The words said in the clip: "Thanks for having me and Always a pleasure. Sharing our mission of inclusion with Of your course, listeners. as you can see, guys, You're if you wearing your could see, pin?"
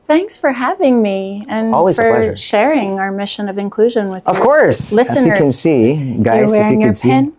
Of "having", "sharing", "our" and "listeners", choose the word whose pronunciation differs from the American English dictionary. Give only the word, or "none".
listeners